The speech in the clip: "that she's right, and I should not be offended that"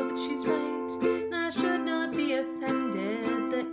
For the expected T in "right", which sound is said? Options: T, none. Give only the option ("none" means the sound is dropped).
none